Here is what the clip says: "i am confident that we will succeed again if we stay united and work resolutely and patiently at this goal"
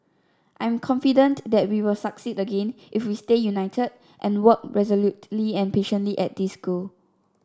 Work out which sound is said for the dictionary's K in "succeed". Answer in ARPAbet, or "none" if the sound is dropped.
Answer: K